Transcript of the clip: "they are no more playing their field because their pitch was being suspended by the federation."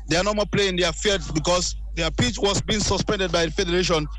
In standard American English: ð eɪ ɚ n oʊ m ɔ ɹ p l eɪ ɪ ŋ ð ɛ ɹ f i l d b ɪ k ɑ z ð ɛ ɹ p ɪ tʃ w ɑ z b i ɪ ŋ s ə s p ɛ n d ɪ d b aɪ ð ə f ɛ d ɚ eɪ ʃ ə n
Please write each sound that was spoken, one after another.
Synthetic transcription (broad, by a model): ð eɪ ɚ n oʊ m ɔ p l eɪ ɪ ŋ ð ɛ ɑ f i d b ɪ k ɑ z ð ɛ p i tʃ w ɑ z b i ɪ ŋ s ə s p ɛ n d ɪ d b aɪ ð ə f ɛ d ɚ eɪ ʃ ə n